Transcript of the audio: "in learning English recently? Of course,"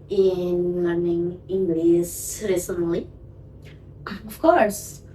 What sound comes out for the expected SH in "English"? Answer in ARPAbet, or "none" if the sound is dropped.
S